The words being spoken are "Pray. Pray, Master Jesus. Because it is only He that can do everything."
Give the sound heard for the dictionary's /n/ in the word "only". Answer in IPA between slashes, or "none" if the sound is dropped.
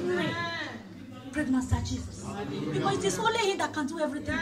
none